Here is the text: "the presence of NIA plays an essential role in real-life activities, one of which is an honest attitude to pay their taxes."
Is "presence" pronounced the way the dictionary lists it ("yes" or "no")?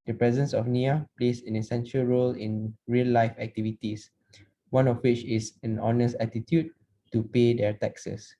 yes